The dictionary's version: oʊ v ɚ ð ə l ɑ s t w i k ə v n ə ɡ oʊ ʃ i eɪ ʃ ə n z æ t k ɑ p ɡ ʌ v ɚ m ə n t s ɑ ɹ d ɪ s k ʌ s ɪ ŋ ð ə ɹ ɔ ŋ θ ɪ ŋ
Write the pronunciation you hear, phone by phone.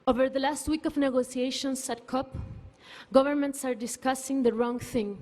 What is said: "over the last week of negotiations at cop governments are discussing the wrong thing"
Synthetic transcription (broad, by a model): oʊ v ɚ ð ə l ɑ s t w i k ə v n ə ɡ oʊ s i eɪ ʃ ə n s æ t k ɑ p ɡ ʌ v ɚ m ə n t s ɑ ɹ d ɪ s k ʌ s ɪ ŋ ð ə ɹ ɔ ŋ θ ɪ ŋ